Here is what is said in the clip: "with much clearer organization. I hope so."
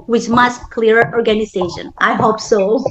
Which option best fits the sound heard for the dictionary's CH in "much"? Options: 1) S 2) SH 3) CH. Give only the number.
1